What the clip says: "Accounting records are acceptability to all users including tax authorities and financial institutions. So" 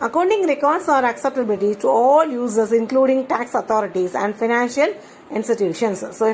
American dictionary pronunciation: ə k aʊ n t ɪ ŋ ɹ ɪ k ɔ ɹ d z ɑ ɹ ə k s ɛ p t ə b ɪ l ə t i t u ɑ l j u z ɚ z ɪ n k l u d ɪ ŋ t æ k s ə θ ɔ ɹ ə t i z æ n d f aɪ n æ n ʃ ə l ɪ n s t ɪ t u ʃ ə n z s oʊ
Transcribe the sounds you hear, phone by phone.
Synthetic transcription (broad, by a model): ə k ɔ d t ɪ ŋ ɹ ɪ k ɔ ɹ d s ɑ ɹ ə k s ɛ p t ə b ɪ l ə t i t u ɑ l j u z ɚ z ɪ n k l u d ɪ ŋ t æ k s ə t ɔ ɹ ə t i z æ n d f aɪ n æ n ʃ ə l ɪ n s t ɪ t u ʃ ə n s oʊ